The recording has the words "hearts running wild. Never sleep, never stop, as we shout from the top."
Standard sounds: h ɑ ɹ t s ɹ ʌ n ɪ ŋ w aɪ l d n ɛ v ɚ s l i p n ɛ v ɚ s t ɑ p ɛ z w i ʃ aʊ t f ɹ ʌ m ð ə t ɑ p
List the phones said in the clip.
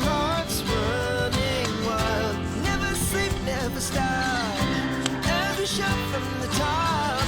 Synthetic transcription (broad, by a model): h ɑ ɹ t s w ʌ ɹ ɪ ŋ w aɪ l n ɛ v ɚ s l i p n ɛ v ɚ s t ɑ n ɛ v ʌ ʃ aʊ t f ɹ ʌ m ð ə t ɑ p